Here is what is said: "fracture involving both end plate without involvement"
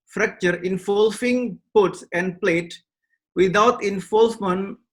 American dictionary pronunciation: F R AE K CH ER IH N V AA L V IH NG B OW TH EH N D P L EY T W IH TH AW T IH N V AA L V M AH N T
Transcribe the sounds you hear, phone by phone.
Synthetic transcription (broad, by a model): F R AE K CH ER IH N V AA L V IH NG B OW S EH N D P L EY T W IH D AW T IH N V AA L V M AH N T